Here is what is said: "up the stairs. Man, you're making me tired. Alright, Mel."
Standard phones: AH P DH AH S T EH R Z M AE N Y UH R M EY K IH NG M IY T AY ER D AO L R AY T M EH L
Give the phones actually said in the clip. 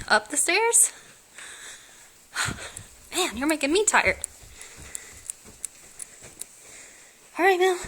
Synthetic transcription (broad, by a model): AH P DH AH S T EH R Z M AE N Y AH R M EY K IH NG M IY T AY ER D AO R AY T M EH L